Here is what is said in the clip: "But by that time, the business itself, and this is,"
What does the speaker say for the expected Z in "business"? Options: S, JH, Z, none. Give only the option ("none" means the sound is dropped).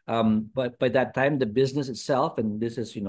Z